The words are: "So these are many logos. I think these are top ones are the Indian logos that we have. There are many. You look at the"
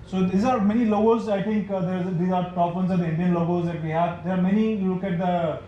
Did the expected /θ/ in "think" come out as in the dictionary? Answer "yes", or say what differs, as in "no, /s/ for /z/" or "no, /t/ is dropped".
no, /t/ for /θ/